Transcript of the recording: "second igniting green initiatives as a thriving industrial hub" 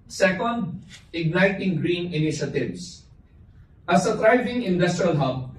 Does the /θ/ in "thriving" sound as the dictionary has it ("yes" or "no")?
no